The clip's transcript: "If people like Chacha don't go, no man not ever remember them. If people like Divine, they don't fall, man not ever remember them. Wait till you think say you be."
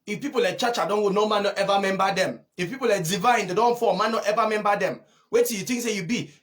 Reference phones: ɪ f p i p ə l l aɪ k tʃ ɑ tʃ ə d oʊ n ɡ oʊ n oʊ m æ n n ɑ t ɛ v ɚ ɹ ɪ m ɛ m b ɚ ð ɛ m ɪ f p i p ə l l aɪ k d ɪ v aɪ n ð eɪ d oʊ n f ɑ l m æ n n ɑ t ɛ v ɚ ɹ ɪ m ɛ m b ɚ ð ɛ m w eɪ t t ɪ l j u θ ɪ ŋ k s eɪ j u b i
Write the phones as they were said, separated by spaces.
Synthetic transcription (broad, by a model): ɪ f p i p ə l l aɪ k tʃ ɑ tʃ ə d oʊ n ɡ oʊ n oʊ m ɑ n n ɑ t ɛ v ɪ m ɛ m b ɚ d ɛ m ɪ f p i p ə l l aɪ k d ɪ v aɪ n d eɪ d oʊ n f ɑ m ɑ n n ɑ t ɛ v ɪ m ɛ m b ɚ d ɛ m w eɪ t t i j u t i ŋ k s eɪ j u b i